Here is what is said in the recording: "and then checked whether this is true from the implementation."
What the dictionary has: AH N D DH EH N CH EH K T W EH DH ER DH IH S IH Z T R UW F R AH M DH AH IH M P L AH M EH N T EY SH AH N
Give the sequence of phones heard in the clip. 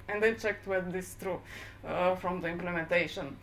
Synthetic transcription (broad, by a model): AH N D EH CH EH K T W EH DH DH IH S T R UW F R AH M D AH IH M P L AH M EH N T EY SH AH N